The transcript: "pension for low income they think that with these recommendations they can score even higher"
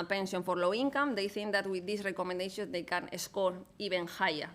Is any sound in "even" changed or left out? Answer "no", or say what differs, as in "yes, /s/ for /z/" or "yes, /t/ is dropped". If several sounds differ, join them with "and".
yes, /b/ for /v/